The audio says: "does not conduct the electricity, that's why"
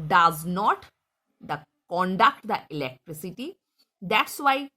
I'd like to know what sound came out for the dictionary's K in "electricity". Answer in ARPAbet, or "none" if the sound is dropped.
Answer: K